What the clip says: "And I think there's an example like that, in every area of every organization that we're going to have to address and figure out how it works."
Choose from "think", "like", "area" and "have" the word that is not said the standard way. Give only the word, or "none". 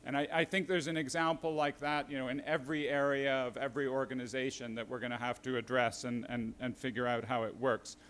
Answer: have